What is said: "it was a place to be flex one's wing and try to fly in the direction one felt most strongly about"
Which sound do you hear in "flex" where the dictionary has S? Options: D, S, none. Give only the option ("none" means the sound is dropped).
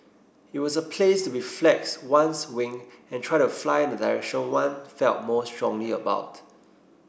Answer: S